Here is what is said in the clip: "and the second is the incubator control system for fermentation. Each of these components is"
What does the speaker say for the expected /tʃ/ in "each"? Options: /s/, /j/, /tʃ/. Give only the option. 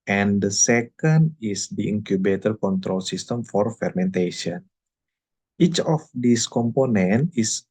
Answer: /tʃ/